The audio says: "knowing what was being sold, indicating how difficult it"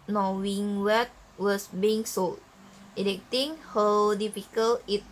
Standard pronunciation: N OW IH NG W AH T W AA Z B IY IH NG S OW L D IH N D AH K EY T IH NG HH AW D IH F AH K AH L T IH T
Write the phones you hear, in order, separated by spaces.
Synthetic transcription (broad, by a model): N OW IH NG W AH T W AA S B IY IH NG S OW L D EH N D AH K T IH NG HH AW D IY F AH K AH L IH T